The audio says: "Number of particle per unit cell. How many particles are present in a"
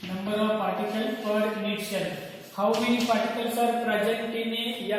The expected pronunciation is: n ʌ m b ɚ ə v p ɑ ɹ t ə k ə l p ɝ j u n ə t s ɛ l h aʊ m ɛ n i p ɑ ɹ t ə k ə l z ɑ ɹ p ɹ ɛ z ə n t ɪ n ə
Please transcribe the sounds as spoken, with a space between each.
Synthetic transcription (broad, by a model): n ʌ m b ɚ ə v p ɑ ɹ t ə k ə l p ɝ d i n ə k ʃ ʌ n h aʊ m ɛ n i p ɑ ɹ t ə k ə l s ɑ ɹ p ɹ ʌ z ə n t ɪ n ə